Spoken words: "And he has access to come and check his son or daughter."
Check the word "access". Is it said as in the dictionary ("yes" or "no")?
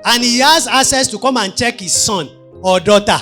no